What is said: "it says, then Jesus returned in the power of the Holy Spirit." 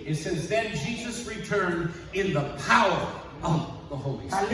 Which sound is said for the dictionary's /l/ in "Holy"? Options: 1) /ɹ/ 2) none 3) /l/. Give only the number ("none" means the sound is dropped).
2